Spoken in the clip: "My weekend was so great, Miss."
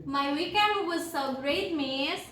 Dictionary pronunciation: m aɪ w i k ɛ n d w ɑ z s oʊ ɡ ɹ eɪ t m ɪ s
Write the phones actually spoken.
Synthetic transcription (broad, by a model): m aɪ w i k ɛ d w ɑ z s oʊ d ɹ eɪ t m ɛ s